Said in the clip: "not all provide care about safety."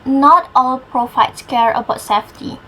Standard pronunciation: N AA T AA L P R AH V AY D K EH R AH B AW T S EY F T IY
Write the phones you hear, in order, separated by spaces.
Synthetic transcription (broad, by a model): N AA T AA L P R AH F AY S K EH R AH B AW T S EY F T IY